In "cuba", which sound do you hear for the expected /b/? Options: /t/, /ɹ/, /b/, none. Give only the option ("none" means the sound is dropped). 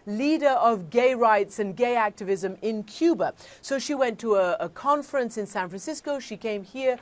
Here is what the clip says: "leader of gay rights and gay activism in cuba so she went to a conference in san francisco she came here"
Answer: /b/